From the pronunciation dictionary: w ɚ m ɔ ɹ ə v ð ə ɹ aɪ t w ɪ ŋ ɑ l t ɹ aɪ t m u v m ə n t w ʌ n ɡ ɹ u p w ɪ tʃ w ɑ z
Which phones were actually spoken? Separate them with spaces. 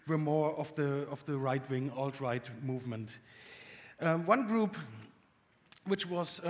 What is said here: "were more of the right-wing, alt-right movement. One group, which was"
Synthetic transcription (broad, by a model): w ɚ m ɔ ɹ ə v ð ə ɹ aɪ t w ɪ ŋ ɑ l t ɹ aɪ t m u v m ə n t w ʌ n ɡ ɹ u p w ɪ tʃ w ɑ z